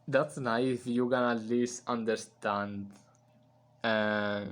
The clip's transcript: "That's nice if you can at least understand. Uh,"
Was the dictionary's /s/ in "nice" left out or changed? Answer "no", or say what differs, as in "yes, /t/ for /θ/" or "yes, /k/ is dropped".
yes, /s/ is dropped